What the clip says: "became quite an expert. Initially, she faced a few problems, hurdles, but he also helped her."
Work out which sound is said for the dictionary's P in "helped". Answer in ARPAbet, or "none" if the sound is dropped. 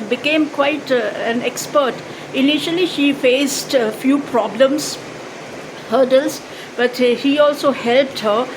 P